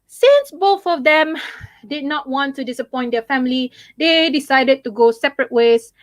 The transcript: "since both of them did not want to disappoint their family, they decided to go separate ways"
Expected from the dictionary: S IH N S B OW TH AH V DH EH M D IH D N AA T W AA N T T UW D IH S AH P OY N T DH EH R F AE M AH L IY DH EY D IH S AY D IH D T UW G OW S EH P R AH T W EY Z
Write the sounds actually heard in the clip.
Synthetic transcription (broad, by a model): S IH N S B OW TH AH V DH EH M D IH D N AA T W AA N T T UW D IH S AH P OY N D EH F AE M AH L IY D EY D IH S AY D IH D T UW G OW S EH P R AH T W EY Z